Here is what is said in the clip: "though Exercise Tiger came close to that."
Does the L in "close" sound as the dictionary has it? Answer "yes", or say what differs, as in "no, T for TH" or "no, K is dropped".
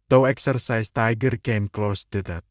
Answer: yes